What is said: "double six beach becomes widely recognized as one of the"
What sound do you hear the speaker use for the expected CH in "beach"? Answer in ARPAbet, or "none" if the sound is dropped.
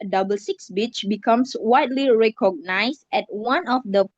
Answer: CH